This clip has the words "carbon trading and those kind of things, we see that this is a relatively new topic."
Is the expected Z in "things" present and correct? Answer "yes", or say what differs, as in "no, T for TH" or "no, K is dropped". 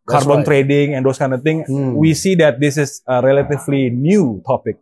no, Z is dropped